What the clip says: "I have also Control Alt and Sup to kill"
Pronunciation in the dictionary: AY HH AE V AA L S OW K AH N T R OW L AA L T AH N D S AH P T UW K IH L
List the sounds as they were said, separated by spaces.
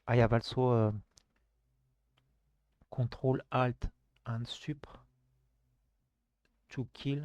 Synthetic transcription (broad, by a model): AY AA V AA L S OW K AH T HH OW L AA L T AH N S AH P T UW K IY L